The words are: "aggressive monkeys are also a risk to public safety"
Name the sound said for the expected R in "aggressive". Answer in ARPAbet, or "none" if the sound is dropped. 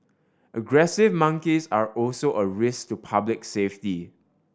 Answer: R